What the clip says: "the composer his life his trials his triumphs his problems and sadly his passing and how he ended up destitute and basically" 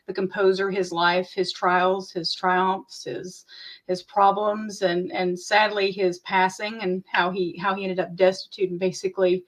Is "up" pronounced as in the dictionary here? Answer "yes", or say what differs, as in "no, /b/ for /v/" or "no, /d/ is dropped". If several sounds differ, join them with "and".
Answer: yes